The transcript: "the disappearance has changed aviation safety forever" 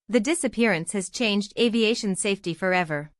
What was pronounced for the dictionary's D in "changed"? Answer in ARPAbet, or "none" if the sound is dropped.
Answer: D